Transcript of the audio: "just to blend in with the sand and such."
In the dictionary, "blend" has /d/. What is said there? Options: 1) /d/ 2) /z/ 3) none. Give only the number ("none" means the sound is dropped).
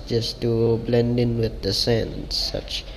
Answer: 1